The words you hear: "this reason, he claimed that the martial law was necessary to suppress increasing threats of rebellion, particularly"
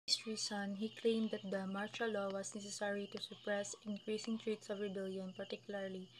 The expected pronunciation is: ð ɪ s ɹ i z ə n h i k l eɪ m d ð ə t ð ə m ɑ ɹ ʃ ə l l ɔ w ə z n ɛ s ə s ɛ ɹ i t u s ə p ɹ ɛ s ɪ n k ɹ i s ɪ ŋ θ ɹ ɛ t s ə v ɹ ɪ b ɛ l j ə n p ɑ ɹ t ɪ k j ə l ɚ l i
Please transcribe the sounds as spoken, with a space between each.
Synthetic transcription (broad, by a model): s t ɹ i s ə n h i k l eɪ m d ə t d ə m ɑ ɹ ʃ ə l l ɔ w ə s n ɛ s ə s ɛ ɹ i t u s ə p ɹ ɛ s ɪ n k ɹ i s ɪ ŋ t ɹ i t s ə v ɹ ɪ b ɛ l j ə n p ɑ ɹ t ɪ k j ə l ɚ l i